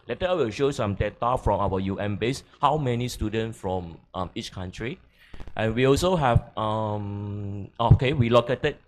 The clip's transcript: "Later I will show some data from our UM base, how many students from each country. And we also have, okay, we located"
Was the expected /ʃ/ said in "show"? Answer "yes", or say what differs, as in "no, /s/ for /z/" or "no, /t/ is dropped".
yes